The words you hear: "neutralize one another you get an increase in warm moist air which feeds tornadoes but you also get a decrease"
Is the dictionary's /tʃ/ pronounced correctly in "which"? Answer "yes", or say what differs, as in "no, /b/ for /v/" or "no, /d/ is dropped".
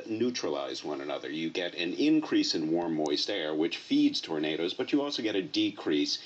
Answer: yes